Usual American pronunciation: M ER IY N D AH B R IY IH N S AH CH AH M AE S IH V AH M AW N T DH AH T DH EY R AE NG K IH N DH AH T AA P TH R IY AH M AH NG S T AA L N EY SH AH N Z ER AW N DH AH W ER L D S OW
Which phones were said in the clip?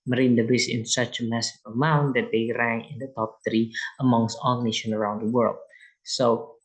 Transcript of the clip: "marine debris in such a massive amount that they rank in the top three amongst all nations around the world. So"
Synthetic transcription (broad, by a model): M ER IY N D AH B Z IH N S AH CH AH M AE S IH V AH M AW N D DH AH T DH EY R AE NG IH N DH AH T AA P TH R IY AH M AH NG S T AA L N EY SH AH N ER AW N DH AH W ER L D S OW